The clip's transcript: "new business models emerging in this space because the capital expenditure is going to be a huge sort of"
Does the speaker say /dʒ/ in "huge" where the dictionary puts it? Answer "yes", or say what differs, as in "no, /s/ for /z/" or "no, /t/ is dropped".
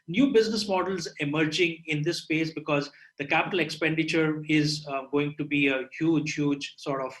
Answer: yes